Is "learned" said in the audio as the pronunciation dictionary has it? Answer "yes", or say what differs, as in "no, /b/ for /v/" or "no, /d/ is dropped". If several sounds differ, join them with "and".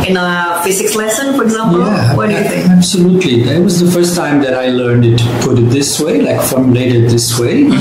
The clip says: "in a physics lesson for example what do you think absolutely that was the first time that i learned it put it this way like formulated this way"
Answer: yes